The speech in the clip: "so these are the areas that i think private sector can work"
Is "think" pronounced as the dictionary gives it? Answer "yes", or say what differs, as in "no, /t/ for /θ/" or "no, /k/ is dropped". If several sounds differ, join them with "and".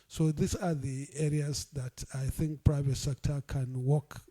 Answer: yes